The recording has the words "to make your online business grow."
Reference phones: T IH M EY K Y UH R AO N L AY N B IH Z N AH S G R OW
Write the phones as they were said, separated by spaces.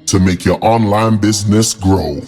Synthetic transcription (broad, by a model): T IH M EY K Y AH R AO N L AY N B IH Z N AH S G R OW